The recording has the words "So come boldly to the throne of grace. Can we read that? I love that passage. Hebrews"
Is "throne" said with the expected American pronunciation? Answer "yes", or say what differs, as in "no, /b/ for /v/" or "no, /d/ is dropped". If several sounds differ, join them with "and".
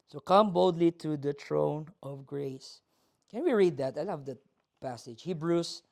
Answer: no, /t/ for /θ/